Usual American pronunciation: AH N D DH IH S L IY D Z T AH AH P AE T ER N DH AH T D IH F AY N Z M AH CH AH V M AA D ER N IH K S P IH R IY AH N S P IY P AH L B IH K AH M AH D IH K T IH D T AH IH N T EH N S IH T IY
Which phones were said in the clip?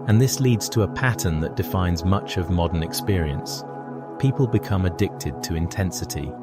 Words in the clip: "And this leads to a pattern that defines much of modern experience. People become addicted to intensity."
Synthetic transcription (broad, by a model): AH N DH IH S L IY D Z T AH AH P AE T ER N DH AH T D IH F AY N Z M AH CH AH V M AA D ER N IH K S P IH R IY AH N S P IY P AH L B IH K AH M AH D IH K T IH D T AH IH N T EH N S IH T IY